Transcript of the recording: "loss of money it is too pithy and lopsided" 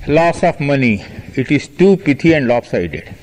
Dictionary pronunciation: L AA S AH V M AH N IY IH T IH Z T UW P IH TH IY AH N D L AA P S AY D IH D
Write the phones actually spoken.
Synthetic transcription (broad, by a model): L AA S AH F M AH N IY IH T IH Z T UW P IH T IY AH N D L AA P S AY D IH D